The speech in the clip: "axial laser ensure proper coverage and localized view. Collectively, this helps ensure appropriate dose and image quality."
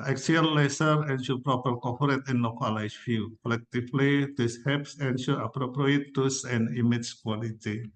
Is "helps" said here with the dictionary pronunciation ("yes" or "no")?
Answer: no